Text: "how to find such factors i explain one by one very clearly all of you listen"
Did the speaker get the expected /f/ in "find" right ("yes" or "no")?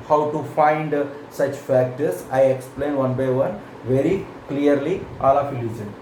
yes